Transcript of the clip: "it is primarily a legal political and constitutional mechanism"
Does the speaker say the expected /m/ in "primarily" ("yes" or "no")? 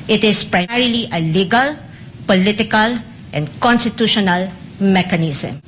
no